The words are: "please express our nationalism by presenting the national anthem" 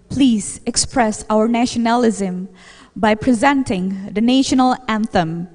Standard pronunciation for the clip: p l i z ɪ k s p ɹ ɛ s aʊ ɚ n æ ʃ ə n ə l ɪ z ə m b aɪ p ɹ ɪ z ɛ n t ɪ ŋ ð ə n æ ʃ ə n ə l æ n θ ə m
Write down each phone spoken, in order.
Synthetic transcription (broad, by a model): p l i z ɪ k s p ɹ ɛ s aʊ ɚ n æ ʃ ə n ə l ɪ z ə m b aɪ p ɹ ɪ z ɛ n t ɪ ŋ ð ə n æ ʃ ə n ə l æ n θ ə m